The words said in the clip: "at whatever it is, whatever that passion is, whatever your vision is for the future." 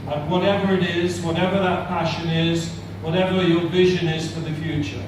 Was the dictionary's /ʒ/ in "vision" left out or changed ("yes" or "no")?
no